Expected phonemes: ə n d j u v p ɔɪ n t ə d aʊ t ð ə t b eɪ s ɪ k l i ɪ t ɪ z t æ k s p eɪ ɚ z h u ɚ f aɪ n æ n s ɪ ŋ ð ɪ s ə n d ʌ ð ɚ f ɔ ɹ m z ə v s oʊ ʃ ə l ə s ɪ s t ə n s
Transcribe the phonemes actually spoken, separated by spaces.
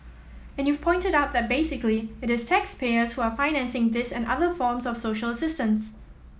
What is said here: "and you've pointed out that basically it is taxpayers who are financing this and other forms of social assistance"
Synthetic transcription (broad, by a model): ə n j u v p ɔɪ n t ə d aʊ t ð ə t b eɪ s ɪ k l i ɪ t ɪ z t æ k s p eɪ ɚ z h u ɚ f aɪ n æ n s ɪ ŋ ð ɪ s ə n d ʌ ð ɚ f ɔ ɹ m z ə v s oʊ ʃ ə l ə s ɪ s t ə n s